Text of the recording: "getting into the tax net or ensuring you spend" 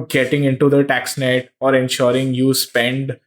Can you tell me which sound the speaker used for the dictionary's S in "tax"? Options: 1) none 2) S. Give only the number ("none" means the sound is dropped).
2